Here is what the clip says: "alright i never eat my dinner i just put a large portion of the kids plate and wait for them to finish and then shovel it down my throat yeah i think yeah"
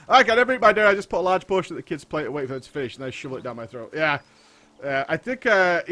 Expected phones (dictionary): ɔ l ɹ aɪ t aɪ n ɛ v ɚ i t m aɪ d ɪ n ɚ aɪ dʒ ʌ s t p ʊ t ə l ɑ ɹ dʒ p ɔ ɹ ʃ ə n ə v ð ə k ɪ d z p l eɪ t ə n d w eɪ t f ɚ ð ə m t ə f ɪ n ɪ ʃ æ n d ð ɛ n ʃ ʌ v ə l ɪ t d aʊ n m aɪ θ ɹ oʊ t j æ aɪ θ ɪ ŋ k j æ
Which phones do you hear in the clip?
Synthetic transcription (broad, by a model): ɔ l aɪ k aɪ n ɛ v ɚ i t m aɪ d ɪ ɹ aɪ dʒ ʌ s p ʊ t ə l ɑ ɹ dʒ p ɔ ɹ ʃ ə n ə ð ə k ɪ d z p l eɪ t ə w eɪ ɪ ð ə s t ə f ɪ n ɪ ʃ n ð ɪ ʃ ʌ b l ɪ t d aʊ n m aɪ θ ɹ oʊ t j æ aɪ θ ɪ ŋ k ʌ